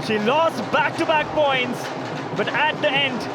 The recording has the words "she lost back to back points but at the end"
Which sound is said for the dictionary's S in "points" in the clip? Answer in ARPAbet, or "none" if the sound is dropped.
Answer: S